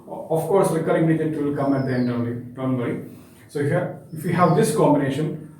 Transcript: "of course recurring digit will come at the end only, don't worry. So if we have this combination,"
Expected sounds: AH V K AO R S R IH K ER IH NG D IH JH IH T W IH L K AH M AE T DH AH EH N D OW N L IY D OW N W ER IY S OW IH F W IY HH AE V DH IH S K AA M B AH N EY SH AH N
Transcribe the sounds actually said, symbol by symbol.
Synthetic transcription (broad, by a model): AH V K AO R S L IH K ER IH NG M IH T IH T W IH L K AH M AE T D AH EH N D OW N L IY D OW N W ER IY S OW IH F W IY HH AE V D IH S K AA M B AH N EY SH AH N